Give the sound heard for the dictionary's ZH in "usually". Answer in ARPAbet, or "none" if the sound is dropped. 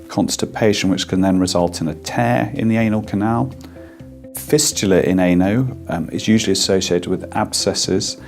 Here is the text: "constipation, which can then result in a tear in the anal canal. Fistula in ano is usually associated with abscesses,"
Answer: ZH